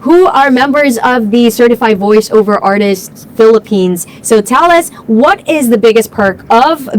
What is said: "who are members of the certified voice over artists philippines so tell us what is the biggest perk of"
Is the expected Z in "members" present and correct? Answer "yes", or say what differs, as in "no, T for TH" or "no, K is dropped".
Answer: yes